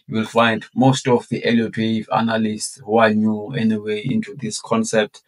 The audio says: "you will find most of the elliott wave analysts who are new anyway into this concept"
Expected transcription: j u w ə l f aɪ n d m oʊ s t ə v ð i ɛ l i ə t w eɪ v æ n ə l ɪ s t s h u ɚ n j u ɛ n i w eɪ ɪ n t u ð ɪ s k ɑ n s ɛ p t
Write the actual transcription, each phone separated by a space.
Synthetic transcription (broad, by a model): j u w ə l f aɪ n d m oʊ s t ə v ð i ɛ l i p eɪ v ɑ n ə l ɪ s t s h u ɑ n j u ɛ n i w eɪ ɪ n t u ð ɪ s k ɑ n s ɛ p t